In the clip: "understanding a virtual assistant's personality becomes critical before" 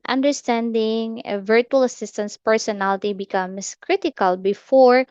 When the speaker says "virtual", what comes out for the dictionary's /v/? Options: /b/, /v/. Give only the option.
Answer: /v/